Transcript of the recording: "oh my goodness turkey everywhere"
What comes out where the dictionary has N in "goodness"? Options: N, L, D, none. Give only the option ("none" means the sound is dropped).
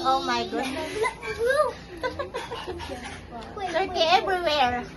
L